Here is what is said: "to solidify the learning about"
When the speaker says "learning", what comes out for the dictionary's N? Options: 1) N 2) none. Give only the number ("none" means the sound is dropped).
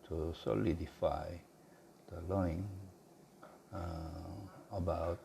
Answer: 2